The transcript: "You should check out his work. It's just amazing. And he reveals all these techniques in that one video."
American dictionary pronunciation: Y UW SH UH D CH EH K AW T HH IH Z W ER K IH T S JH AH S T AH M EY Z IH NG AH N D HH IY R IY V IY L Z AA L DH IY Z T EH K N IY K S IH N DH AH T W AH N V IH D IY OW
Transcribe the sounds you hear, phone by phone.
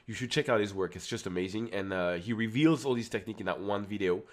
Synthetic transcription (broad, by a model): Y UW SH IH D CH EH K AW T HH IH Z W ER K IH T S JH AH S T AH M EY Z IH NG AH N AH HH IY R IY V IY L Z AA L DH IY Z T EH K N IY K IH N DH AH T W AH N V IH D IY OW